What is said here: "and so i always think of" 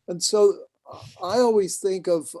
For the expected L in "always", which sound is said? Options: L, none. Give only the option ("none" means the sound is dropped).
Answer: L